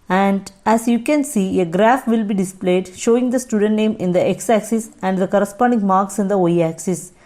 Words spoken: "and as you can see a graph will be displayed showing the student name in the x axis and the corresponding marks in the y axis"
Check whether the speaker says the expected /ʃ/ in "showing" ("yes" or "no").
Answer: yes